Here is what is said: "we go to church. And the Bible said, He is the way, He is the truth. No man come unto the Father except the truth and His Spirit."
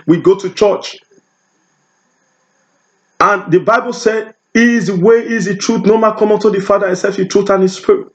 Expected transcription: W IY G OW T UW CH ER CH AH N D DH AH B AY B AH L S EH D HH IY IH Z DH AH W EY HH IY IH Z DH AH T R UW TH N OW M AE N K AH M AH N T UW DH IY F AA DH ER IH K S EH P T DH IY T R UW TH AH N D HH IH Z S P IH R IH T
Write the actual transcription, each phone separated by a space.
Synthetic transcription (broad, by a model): W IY G OW T UW CH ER CH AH N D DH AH B AY B AH L S EH D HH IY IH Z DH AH W EY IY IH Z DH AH T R UW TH N OW M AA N K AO M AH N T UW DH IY F AA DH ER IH S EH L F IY T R UW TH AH N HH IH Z S P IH R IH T